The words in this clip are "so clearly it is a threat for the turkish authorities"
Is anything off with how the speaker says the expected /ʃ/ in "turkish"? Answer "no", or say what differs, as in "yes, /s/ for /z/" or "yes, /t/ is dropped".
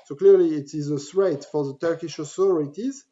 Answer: no